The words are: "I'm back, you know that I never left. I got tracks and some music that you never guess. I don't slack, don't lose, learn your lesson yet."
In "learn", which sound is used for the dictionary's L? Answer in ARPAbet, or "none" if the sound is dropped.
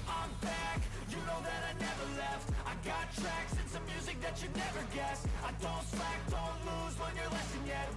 W